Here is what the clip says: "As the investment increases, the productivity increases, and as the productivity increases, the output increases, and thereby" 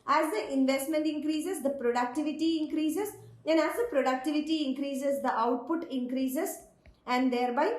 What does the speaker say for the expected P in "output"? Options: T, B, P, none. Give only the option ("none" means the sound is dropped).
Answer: P